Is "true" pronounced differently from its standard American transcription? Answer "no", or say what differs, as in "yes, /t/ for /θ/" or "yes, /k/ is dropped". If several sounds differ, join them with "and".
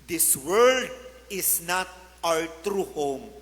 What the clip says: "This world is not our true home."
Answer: no